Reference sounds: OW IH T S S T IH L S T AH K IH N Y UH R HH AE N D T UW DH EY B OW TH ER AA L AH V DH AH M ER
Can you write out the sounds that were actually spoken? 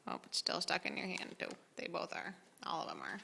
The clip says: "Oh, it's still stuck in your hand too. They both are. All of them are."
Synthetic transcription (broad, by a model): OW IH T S S T IH L S T AH K IH N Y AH R HH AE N T UW DH EY B OW TH ER AA L AH V DH AH M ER